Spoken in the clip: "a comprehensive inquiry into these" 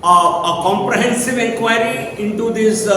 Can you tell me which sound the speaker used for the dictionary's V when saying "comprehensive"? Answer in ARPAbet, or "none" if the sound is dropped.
V